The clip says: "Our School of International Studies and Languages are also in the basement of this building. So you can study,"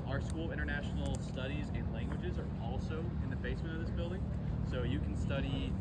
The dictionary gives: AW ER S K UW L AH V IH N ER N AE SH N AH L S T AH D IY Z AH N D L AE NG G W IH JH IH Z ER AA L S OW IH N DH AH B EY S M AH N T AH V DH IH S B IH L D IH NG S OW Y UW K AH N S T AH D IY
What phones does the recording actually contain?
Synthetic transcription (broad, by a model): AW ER S K UW L IH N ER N AE SH N L S T AH D IY Z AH N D L AE NG G W IH JH IH Z ER AA L S OW IH N DH AH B EY S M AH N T AH V DH IH S B IH L D IH NG S OW Y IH K N S T AH D IY